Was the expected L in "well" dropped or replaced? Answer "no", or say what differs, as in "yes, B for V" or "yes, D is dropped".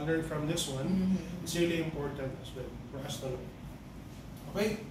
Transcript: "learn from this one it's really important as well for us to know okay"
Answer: yes, N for L